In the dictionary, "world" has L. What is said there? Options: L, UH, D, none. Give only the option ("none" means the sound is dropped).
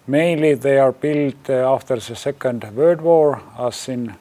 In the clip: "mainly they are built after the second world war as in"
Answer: none